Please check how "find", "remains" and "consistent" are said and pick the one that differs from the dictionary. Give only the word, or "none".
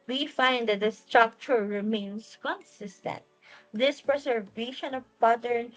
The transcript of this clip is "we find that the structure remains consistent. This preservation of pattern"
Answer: remains